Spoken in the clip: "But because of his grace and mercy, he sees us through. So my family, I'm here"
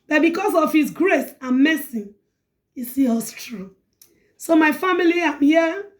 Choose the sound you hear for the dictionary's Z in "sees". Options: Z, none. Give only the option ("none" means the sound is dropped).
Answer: none